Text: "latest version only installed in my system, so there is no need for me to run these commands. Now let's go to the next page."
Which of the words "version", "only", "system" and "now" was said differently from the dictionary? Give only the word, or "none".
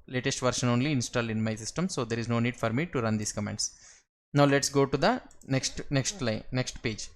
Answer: version